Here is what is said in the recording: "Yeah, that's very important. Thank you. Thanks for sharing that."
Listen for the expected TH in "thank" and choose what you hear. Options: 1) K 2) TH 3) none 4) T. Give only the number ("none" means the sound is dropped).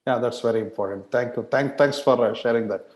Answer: 4